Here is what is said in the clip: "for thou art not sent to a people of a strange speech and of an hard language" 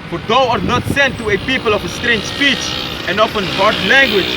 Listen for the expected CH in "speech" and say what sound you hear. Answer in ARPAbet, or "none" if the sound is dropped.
CH